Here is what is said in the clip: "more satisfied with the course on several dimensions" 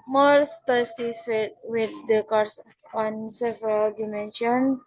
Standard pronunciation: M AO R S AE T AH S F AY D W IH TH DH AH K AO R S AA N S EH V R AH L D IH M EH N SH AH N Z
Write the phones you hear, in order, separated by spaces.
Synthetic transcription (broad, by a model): M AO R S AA S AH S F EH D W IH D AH K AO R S AA N S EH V R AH L D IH M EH N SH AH N